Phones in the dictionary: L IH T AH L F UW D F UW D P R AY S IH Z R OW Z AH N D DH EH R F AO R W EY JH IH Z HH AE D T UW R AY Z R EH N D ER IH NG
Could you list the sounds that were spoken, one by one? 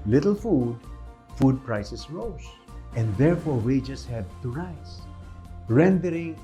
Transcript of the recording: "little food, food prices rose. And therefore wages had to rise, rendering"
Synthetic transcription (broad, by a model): L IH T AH L F UW D F UW D P R AY S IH S R OW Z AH N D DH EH R F AO R W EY JH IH S HH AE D T UW R AY S R EH N D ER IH NG